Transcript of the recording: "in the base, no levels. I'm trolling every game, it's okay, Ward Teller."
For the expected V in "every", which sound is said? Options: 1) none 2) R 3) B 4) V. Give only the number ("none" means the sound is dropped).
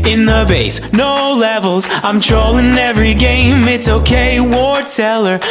4